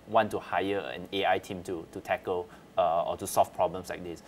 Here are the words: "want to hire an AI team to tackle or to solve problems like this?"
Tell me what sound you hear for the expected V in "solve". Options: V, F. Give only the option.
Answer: F